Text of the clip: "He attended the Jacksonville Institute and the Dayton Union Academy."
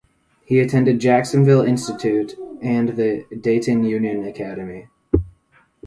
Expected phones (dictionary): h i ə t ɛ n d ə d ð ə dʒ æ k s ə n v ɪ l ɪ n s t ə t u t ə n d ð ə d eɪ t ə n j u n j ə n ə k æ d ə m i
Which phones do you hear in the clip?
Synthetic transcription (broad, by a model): h i ə t ɛ n d ə d dʒ æ k s ə n v ɪ l ɪ n s t ə t u t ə n ð ə d eɪ t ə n j u n j ə n ə k æ d ə m i